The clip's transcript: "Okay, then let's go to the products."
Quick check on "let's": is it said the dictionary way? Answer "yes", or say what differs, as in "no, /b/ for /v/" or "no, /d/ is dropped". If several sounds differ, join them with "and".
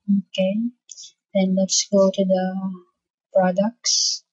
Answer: yes